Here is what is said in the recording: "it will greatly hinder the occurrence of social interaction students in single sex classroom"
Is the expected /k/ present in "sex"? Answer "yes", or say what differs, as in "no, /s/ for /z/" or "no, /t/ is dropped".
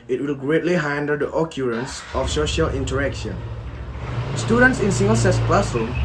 no, /k/ is dropped